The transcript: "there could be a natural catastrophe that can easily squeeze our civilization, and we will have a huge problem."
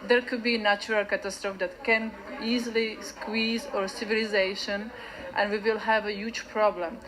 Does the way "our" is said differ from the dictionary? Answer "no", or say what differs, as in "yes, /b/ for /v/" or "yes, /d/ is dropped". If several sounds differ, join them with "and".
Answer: no